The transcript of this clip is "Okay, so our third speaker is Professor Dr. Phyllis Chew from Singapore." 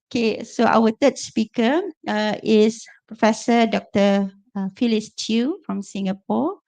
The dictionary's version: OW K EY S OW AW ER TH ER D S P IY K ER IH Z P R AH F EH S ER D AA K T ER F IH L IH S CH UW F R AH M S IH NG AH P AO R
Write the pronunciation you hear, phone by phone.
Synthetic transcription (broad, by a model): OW K EY S OW AW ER T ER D S P IY K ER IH S P R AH F EH S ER D AA K T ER F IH L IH S CH UW F R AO M S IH NG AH P AO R